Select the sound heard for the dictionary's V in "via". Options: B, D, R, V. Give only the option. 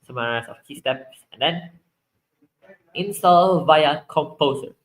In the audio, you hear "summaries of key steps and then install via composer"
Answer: V